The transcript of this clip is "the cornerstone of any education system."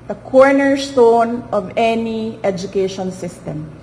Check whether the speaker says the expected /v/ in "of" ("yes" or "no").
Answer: yes